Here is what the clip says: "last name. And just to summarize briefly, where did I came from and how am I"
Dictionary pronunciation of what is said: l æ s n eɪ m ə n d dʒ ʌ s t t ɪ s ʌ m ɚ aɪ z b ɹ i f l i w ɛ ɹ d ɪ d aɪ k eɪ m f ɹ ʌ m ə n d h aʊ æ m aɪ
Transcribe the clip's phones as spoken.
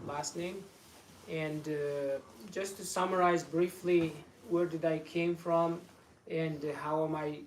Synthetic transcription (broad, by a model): l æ s n eɪ m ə n dʒ ʌ s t t ɪ s ʌ m ɚ aɪ z b ɹ i f l i w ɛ ɹ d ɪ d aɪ k eɪ m f ɹ ʌ m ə n h aʊ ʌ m aɪ